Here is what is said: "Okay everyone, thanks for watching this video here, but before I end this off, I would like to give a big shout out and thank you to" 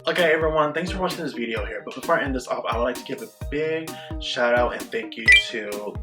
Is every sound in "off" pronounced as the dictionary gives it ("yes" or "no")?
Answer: no